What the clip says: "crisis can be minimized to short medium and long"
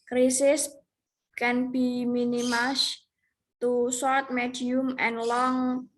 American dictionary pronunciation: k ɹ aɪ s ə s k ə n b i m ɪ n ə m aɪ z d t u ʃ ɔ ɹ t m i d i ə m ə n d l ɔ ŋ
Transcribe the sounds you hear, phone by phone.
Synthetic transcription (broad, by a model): k ɹ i s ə s k ə n b i m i n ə m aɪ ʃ t u s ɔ ɹ t m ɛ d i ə m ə n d l ɔ ŋ